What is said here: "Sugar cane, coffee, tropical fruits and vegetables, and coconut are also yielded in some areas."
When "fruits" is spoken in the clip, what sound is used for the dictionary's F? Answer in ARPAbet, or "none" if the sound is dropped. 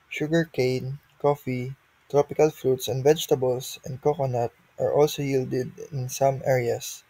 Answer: F